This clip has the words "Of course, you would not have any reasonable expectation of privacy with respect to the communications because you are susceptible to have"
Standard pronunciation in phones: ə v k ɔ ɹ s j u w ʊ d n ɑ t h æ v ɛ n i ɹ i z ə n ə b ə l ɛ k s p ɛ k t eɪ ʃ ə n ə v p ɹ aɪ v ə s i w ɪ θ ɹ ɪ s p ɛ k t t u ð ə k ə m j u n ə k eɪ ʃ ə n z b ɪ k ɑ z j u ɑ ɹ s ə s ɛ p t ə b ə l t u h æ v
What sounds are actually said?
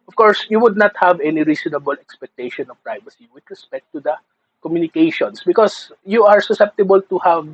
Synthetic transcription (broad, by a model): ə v k ɔ ɹ s j u w ʊ d n ɑ t h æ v ɛ n i ɹ i s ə n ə b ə l ɛ k s p ɛ k t eɪ ʃ ə n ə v p ɹ aɪ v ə s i w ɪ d ɹ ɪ s p ɛ k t t u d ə k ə m j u n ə k eɪ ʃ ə n s b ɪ k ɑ s j u ɑ ɹ s ə s ɛ p t ə b ə l t u h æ v